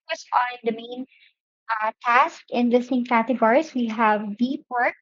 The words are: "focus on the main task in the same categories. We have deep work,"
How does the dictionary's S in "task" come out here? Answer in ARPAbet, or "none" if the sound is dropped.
S